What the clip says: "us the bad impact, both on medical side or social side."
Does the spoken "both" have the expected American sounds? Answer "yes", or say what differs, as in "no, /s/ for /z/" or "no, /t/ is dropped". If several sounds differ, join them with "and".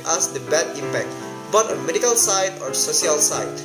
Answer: no, /t/ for /θ/